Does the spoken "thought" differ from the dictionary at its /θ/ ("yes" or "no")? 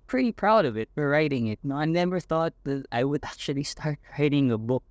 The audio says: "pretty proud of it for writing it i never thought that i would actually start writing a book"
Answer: no